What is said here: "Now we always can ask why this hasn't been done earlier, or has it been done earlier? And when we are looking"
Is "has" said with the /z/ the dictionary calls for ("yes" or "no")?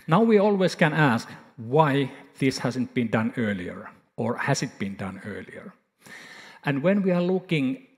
no